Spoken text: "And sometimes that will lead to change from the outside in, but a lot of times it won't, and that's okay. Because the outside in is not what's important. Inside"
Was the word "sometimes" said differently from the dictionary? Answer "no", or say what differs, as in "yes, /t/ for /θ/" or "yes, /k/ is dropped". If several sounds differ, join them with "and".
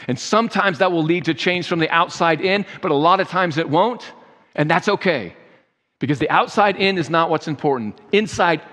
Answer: no